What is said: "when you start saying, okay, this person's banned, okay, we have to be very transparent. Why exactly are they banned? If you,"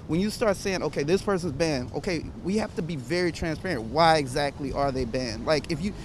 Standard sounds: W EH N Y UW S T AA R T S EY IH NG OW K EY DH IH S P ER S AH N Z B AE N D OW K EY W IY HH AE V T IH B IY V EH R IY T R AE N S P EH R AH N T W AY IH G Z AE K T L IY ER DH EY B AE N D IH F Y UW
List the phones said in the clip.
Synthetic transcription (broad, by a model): W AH N Y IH S T AA R T S EY IH NG OW K EY DH IH S P ER S AH N Z B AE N OW K EY W IY HH AE F T IH B IY V EH R IY T R AE N S P EH R AH N T W AY IH G Z AE K T L IY ER DH EY B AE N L IH F Y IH